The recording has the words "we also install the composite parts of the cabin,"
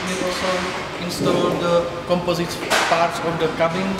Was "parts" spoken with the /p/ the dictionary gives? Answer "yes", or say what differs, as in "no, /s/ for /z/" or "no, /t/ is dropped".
yes